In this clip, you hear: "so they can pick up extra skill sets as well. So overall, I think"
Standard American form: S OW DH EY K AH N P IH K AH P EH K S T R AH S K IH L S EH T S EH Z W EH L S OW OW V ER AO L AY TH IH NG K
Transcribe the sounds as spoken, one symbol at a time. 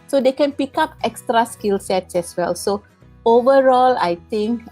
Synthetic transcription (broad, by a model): S OW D EY K AH N P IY K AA P EH K S T R AH S K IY L S EH T S EH S W EH L S OW OW V ER AO L AY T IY NG K